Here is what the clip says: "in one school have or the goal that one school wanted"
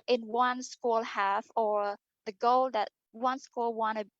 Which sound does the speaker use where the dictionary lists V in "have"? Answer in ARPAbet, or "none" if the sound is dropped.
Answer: F